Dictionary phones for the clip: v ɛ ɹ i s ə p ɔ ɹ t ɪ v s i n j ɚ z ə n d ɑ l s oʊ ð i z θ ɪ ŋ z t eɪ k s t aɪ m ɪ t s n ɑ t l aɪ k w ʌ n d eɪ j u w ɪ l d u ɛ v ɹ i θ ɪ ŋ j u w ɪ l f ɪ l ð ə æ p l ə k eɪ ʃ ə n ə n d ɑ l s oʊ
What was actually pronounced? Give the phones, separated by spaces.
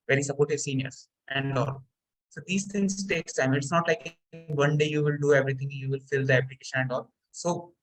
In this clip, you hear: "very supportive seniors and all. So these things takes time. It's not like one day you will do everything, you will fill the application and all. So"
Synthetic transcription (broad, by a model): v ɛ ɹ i s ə p ɔ ɹ t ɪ s i n j ɚ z ə n d ɑ l s oʊ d i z t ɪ ŋ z t eɪ k s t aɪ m ɪ t s n ɑ t l aɪ k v ʌ n d eɪ j u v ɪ l d u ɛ v ɹ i t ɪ ŋ j u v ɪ l f ɪ l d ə æ p l ə k eɪ ʃ ə n ə n d ɑ l s oʊ